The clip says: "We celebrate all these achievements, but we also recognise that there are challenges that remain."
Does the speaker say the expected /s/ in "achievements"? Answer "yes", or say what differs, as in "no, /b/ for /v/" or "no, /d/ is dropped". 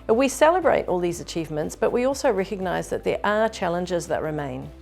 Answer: yes